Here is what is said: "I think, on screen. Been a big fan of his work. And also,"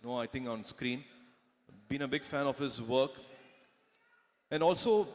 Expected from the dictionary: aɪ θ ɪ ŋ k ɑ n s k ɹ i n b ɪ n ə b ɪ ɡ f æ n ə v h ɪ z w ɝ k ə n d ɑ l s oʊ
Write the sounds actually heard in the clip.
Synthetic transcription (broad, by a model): aɪ t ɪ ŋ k ɑ n s k ɹ i n b ɪ n ə b ɪ ɡ f æ n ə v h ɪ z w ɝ k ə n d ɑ l s oʊ